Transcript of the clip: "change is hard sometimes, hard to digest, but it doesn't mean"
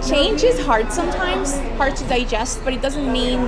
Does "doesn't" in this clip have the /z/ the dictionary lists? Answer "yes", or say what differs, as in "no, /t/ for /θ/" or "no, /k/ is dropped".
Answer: yes